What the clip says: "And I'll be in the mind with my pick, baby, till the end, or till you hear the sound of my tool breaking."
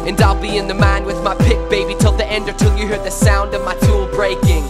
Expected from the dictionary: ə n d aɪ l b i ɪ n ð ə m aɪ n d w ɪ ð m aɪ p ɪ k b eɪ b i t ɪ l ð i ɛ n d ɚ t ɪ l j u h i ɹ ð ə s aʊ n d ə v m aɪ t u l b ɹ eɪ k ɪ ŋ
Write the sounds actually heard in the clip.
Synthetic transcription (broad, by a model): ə n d aɪ l b i ɪ n ð ə m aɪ n w ɪ ð m aɪ p ɪ k b eɪ b i t ɪ l ð i ɛ n d ɚ t ɪ l j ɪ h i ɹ ð ə s aʊ n d ə v m aɪ t u l b ɹ eɪ k ɪ ŋ